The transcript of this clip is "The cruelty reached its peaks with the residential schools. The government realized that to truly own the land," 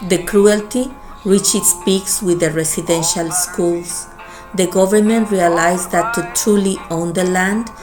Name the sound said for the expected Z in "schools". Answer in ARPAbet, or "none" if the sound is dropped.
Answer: S